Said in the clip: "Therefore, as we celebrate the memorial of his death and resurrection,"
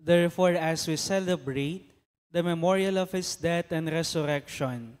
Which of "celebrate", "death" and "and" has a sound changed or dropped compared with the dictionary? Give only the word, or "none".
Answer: death